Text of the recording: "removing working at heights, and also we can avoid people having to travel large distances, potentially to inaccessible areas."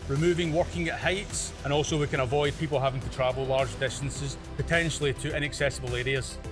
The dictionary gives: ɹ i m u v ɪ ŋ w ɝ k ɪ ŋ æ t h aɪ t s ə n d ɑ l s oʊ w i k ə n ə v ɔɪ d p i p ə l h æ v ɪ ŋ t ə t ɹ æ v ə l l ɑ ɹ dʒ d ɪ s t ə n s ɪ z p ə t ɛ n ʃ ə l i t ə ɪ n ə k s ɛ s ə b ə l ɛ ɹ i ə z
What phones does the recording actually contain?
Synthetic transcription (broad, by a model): ɹ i m u v ɪ ŋ w ɝ k ɪ ŋ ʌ t h aɪ t s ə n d ɑ l s oʊ w i k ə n ə v ɔɪ d p i p ə l h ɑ v ɪ ŋ t ə t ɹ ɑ v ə l l ɑ ɹ dʒ d ɪ s t ə n s ɪ z p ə t ɛ n ʃ l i t ə ɪ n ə k s ɛ s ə b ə l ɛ ɹ i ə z